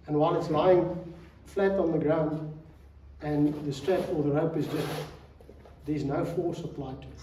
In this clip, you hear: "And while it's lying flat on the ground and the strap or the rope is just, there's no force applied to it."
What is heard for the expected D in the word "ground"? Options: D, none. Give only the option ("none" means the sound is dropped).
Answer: D